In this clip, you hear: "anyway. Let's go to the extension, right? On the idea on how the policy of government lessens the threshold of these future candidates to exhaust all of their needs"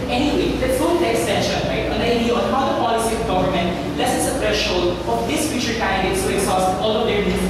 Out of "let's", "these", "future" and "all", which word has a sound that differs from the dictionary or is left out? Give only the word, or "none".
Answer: these